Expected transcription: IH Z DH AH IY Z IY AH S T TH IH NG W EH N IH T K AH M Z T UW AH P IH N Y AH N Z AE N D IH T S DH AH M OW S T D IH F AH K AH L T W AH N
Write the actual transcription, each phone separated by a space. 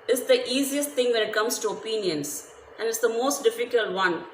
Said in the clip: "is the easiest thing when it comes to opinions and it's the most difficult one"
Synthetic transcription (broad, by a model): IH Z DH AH IY Z IY AH S T T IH NG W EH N IH T K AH M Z T UW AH P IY N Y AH N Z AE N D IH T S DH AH M OW S T D IH F AH K AH L T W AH N